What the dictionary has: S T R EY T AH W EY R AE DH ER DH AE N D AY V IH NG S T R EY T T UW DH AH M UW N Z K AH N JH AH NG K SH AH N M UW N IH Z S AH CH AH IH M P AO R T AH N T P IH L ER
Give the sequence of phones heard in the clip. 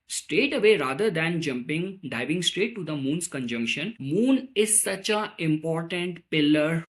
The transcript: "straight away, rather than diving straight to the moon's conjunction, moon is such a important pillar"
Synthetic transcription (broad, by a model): S T R EY T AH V EY R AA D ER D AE N D AY V IH NG S T R EY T T UW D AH M UW N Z K AH N JH AH NG K SH AH N M UW N IH Z S AH CH AH IH M P AO R T AH N T P IH L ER